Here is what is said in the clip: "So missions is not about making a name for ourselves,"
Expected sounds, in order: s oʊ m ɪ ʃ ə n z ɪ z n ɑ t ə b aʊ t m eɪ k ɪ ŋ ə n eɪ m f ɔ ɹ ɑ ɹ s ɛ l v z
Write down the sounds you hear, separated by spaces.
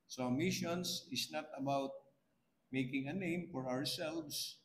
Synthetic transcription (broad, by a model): s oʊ m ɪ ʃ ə n s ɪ s n ɑ t ə b aʊ t m eɪ k ɪ ŋ ə n eɪ m f ɔ ɹ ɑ ɹ s ɛ l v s